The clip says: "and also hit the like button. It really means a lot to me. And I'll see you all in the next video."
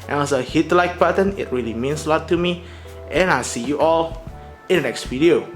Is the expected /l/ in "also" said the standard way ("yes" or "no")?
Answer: no